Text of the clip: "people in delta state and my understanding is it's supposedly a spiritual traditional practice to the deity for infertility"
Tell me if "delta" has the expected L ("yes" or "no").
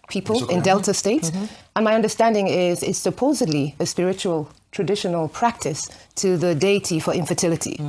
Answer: yes